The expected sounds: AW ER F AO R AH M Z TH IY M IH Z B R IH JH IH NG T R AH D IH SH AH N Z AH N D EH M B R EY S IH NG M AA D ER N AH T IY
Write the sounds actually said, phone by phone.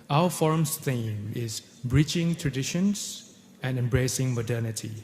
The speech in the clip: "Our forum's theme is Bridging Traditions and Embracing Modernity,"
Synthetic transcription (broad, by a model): AW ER F AO R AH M S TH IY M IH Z B R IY CH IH NG T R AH D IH SH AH N S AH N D EH M B R EY S IH NG M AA D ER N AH T IY